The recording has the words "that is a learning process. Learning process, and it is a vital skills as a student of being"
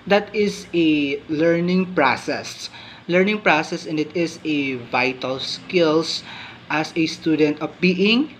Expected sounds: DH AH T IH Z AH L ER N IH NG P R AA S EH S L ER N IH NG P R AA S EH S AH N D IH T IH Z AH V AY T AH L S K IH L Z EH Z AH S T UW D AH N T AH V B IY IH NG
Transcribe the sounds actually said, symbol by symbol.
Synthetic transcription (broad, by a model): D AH T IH S AH L ER N IH NG P R AA S EH S L ER N IH NG P R AA S EH S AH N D IH T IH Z AH V AY T AH L S K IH L S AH S AH S T UW D AH N T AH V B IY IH NG